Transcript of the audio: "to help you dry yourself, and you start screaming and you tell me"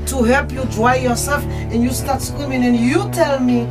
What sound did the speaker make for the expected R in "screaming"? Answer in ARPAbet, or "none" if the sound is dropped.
W